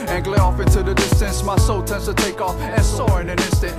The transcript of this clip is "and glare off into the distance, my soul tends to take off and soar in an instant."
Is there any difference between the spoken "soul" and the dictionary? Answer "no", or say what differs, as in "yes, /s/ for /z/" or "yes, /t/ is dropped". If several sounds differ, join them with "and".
no